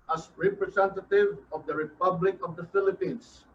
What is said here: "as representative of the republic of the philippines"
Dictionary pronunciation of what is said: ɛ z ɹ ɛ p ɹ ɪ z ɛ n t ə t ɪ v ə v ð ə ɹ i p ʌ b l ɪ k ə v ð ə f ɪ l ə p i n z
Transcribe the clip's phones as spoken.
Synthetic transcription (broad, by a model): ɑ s ɹ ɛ p ɹ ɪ s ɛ n t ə t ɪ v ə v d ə ɹ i p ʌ b l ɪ k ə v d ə f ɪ l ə p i n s